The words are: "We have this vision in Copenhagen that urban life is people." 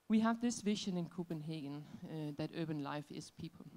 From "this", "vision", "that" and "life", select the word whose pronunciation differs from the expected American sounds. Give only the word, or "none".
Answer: none